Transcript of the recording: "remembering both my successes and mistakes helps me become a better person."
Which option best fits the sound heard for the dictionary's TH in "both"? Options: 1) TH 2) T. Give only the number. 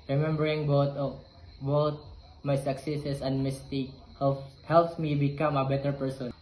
2